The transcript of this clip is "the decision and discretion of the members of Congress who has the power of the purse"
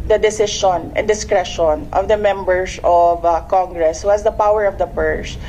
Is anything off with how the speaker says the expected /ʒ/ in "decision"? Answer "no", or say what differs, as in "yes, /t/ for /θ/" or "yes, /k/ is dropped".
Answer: yes, /ʃ/ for /ʒ/